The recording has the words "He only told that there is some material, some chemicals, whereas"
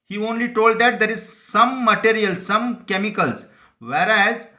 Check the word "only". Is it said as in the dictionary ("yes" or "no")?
yes